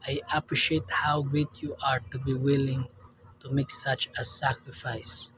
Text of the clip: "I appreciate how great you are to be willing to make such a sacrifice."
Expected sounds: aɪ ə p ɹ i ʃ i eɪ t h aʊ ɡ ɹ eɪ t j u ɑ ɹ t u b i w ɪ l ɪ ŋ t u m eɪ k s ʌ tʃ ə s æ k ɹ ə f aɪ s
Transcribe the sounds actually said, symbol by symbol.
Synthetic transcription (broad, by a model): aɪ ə p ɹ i ʃ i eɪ t h aʊ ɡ eɪ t j u ɑ ɹ t u b i w ɪ l ɪ ŋ t u m eɪ k s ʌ tʃ ə s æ k ɹ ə f aɪ s